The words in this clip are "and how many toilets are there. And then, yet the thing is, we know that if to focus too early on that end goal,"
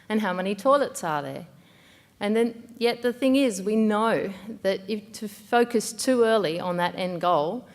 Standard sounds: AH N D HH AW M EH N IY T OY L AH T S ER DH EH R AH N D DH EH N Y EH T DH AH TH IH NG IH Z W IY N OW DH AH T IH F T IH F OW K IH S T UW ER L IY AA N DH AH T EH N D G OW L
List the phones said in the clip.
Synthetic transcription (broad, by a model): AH N HH AW M EH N IY T OY L AH T S ER DH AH R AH N DH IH N Y EH T DH AH TH IH NG IH Z W IY N OW DH AH T IH F T IH F OW K IH S T UW ER L IY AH N DH AH T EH N G OW L